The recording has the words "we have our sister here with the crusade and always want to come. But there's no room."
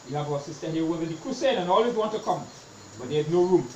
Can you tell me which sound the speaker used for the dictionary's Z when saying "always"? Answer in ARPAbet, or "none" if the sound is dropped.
none